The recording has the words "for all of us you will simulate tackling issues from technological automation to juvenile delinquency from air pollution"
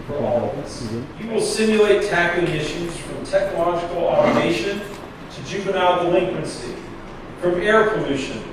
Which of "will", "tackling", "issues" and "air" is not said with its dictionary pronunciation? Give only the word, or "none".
tackling